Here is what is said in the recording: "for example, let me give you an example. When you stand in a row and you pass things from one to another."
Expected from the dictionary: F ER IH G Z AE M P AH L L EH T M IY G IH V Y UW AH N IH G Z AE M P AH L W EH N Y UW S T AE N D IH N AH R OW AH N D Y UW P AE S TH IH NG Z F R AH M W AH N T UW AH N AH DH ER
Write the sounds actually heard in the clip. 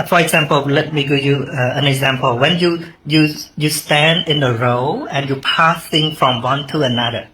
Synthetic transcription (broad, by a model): F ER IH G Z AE M P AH L L EH T M IY G IH V Y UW AH N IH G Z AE M P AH L W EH N Y UW S T AE N D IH N AH R OW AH N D Y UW P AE S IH NG F R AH M W AH N T UW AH N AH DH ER